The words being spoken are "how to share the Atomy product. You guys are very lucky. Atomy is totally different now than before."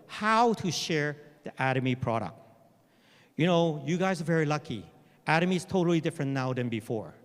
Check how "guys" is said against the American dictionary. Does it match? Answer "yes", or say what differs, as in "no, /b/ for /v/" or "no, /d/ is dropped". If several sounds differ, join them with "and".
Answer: yes